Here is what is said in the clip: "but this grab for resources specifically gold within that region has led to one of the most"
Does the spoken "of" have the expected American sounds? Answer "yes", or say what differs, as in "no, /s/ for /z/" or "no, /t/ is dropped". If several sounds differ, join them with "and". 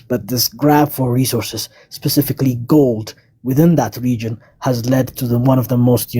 yes